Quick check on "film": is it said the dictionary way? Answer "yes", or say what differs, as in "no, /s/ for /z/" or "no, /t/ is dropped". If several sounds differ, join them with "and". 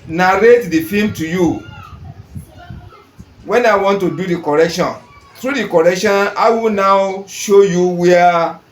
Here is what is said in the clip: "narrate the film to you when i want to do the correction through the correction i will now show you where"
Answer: no, /l/ is dropped